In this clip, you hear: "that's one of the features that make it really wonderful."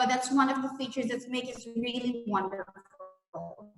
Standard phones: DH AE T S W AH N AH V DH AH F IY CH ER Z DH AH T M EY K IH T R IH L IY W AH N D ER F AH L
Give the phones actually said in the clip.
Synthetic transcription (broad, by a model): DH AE T S W AH N AH V DH AH F IY CH ER Z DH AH T M EY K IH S R IH L IY W AH N D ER F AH L